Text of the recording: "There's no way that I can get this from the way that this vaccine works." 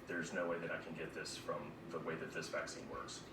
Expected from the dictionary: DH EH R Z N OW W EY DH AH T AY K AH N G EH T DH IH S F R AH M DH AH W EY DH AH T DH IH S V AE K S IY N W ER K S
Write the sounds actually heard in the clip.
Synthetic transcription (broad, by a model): DH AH R Z N OW W EY DH AH T AY K AH N G EH T DH IH S F R AH M DH AH W EY DH AH T DH IH S V AE K S IY N W ER K S